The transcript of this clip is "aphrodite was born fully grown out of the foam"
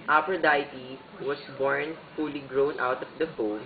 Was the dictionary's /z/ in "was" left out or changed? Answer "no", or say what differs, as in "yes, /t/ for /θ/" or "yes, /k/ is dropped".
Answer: yes, /s/ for /z/